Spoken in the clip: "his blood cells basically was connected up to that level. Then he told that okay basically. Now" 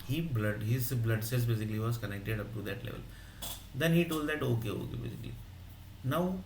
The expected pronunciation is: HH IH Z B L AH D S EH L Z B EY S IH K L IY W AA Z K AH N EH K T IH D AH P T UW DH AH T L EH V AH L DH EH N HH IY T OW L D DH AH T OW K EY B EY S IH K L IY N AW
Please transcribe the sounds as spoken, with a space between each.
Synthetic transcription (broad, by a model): HH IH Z B L AH D S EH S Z B EY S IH K L IY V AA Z K AH N EH K T IH D AH P T UW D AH T L EH V AH L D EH N HH IY T OW L D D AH T OW K EY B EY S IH K L IY N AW